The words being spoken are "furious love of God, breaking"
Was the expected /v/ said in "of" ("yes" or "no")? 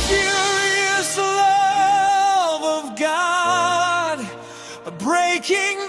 yes